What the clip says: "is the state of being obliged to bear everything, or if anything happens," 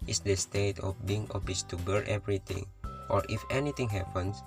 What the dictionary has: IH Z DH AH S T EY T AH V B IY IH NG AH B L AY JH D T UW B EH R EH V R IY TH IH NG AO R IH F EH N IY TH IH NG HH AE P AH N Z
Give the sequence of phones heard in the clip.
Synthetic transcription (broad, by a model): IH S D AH S T EY T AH F B IY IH NG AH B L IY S T UW B EH R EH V R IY T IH NG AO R IH F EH N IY T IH NG HH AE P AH N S